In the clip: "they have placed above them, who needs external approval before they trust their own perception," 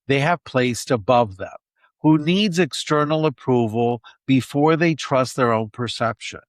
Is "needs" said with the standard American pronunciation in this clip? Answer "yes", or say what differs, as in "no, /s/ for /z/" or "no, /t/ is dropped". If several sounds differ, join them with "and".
yes